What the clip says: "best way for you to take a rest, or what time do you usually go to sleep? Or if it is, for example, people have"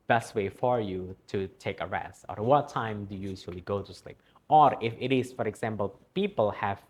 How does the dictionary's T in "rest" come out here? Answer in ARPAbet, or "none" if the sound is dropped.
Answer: T